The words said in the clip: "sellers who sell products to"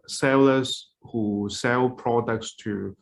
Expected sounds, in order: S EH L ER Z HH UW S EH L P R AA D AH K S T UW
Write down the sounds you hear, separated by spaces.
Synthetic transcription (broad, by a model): S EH L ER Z HH UW S EH L P R AA D AH K S T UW